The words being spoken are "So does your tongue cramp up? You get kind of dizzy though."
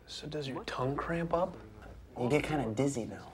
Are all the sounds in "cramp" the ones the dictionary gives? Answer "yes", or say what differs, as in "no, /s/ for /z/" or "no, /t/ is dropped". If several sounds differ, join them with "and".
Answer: yes